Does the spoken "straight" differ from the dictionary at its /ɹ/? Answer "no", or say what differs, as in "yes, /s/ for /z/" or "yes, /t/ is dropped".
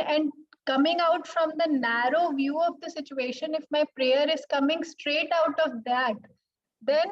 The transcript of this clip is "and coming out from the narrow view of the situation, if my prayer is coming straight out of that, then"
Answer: no